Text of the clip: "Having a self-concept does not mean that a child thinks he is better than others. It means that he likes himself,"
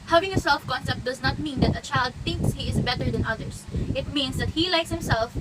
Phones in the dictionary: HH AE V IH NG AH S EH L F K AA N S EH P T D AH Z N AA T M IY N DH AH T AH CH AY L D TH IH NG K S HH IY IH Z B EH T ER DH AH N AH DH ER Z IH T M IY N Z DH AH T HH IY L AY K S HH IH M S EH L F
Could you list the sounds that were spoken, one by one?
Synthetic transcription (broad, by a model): HH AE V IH NG AH S EH L F K AA N S EH P T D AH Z N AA T M IY N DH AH T AH CH AY L D TH IH NG K S HH IY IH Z B EH T ER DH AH N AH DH ER S IH T M IY N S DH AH T HH IY L AY K S HH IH M S EH L F